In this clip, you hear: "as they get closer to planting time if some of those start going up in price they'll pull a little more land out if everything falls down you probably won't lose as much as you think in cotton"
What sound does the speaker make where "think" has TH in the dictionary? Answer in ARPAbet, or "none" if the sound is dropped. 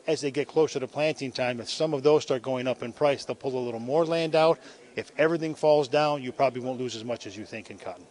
TH